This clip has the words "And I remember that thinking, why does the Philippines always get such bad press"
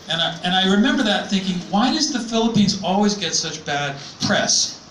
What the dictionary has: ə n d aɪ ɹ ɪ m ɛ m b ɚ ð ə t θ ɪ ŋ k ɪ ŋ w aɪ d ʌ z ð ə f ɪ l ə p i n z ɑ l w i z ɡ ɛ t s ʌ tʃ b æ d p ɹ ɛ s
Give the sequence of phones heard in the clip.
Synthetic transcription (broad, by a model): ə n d aɪ ɹ ɪ m ɛ m b ɚ ð ə t θ ɪ ŋ k ɪ ŋ w aɪ d ʌ z ð ə f ɪ l ə p i n z ɑ l w i z ɡ ɛ t s ʌ tʃ b æ d p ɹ ɛ s